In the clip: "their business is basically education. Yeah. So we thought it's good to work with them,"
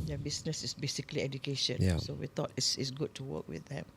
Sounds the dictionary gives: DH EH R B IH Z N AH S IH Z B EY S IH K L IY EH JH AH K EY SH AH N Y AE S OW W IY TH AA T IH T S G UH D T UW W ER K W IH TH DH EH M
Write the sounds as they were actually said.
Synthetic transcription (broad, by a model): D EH B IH S N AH S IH S B EY S IH K L IY EH JH AH K EY SH AH N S S OW W IY T AA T IH T S G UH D T UW W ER K W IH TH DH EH M